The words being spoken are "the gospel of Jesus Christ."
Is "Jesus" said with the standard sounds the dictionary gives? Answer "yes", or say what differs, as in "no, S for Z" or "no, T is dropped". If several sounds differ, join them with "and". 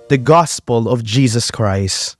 yes